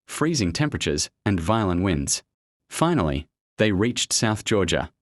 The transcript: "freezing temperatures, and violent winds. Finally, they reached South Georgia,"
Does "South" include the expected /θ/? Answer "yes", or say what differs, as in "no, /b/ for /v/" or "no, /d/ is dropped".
yes